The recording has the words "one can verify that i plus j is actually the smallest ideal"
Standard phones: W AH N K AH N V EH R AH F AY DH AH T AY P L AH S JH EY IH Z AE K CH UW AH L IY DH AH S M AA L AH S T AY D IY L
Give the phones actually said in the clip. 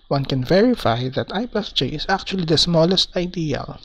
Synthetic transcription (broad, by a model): W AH N K AH N V EH R AH F AY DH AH T AY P AH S JH EY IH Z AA K CH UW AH L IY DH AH S M AA L AH S T AY D IY L